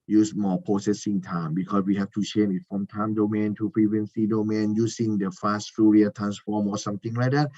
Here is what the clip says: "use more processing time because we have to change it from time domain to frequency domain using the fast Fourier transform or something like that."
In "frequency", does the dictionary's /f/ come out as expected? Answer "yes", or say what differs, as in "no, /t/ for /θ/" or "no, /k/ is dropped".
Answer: no, /p/ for /f/